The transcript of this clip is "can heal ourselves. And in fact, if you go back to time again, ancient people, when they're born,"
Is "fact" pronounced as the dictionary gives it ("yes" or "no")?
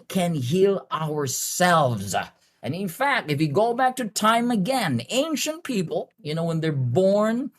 yes